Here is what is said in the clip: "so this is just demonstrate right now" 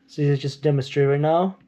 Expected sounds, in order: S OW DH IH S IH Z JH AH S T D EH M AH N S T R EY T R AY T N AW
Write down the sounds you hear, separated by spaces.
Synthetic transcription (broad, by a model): S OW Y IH IH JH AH S D EH M AH N S T R EY T R AY T N AW